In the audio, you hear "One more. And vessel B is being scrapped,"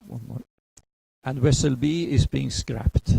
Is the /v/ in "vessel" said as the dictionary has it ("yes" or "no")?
no